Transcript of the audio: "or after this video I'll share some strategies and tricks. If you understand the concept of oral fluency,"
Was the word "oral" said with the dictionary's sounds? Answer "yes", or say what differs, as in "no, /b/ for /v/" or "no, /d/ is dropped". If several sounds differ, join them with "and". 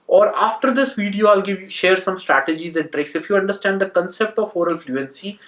yes